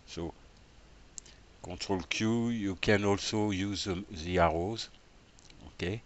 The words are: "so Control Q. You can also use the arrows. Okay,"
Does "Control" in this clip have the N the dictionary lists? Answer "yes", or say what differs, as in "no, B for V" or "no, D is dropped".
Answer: no, N is dropped